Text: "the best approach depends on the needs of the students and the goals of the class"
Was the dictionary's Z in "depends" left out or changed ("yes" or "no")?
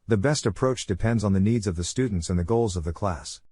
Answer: no